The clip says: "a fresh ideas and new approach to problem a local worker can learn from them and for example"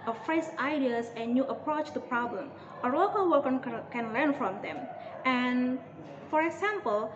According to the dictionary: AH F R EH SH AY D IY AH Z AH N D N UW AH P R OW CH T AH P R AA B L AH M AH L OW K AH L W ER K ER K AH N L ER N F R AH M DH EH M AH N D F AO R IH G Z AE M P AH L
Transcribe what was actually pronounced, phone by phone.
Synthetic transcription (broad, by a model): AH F R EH S AY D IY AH S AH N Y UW AH P R OW CH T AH P R AA B L AH M AH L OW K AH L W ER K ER K AH N L ER N F R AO M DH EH M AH N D F AO R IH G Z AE M P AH L